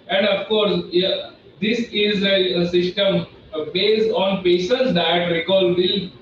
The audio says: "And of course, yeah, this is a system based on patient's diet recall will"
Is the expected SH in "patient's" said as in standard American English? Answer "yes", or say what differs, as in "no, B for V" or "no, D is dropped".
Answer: no, S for SH